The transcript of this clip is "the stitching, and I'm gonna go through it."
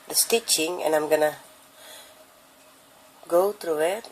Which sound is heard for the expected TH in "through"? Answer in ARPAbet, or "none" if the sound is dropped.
T